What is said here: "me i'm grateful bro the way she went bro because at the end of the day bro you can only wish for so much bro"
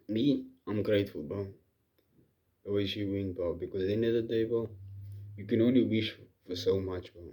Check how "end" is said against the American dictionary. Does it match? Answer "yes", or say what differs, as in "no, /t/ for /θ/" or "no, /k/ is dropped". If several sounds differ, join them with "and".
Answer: no, /d/ is dropped